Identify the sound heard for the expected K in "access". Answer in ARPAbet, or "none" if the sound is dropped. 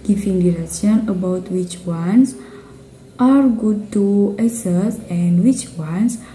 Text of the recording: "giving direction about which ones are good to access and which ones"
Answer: none